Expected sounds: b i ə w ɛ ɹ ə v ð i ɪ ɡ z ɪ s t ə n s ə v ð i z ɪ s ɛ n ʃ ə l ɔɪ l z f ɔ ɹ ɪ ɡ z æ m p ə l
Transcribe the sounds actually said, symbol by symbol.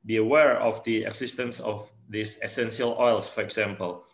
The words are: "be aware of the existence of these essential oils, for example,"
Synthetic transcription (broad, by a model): b i ə w ɛ ɹ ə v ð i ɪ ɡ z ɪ s t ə n s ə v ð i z ɪ s ɛ n ʃ ə l ɔɪ l s f ɔ ɹ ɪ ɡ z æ m p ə l